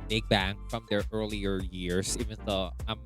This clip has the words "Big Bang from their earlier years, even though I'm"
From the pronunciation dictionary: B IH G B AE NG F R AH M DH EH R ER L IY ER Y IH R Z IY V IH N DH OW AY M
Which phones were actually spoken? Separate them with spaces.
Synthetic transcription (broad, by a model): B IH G B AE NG F R AH M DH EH R ER L IY ER Y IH R S IY V IH N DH OW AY M